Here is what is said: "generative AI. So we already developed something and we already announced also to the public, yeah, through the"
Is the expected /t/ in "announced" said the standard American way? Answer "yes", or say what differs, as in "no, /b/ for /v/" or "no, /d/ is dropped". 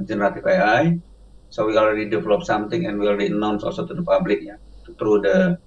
no, /t/ is dropped